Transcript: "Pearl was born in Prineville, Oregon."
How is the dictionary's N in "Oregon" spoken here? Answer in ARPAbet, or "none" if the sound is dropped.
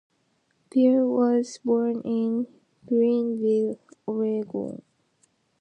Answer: none